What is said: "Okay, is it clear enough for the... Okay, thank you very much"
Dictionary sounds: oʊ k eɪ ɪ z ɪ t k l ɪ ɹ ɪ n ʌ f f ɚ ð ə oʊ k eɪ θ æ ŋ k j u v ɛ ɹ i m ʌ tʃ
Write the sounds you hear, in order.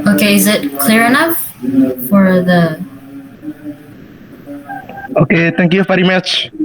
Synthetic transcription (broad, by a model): oʊ k eɪ ɪ z ɪ t k l ɪ ɹ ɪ n ʌ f f ɚ ð ə oʊ k eɪ t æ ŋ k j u f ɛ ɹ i m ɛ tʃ